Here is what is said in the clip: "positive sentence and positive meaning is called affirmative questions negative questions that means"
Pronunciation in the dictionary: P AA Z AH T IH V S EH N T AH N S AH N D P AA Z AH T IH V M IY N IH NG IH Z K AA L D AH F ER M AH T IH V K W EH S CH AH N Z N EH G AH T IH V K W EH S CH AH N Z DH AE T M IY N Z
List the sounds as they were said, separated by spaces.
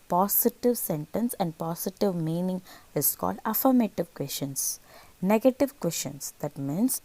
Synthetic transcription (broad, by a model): P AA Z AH T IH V S EH N T AH N S AH N D P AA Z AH T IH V M IY N IH NG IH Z K AA L D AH F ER M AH T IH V K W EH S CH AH N S N EH G AH T IH V K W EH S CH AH N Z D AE T M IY N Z